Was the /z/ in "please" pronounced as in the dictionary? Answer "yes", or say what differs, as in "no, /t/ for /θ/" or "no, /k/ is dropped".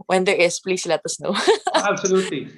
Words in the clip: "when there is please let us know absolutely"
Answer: no, /s/ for /z/